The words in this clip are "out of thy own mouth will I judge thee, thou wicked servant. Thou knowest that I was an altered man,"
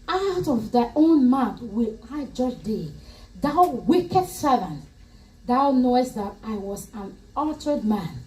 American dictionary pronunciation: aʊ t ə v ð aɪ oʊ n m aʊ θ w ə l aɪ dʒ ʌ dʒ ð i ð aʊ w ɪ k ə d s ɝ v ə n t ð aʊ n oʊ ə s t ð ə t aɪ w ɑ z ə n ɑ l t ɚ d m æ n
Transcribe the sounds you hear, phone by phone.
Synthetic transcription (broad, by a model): aʊ t ə v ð aɪ oʊ n m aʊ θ w ə l aɪ dʒ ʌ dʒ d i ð aʊ w ɪ k ə d s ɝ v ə n t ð aʊ n oʊ ə s t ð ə t aɪ w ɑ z ə n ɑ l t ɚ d m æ n